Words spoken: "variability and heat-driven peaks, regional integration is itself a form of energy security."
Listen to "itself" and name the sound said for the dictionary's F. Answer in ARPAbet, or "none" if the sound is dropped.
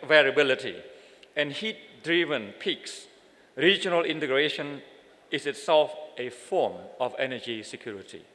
F